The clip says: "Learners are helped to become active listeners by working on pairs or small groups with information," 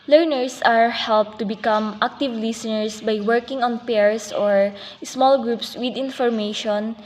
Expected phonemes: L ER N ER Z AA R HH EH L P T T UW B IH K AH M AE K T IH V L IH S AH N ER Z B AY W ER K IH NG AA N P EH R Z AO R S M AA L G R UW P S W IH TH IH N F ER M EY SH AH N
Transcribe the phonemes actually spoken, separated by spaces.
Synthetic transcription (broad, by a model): L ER N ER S AA R HH EH L P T T UW B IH K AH M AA K T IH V L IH S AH N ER S B AY W ER K IH NG AA N P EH R S AO R S M AA L G R UW P S W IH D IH N F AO M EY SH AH N